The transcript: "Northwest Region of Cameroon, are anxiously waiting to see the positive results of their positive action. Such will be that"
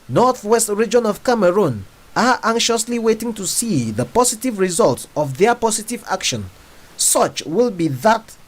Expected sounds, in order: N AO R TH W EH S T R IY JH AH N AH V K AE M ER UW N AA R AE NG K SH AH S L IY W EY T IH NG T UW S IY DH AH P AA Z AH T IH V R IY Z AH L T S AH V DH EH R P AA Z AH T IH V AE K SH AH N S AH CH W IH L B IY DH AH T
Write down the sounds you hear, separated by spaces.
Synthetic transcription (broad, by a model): N AO R TH W EH S T R IY JH AH N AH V K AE M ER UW N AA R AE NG K SH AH S L IY W EY T IH NG T UW S IY DH AH P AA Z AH T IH V R IY Z AH L T S AH V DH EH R P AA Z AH T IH V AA K SH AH N S AH CH W IH L B IY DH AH T